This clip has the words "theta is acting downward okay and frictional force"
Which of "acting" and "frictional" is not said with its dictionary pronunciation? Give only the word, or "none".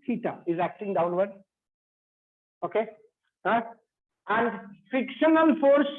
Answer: frictional